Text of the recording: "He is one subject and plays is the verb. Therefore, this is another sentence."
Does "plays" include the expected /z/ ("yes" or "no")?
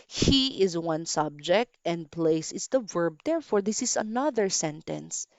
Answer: no